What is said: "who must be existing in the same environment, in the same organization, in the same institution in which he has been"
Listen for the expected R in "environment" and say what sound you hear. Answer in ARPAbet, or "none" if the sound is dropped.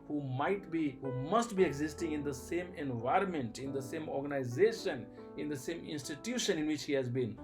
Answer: R